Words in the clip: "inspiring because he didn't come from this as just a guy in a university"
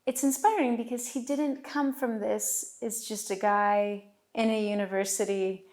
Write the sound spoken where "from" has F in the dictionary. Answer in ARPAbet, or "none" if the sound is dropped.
F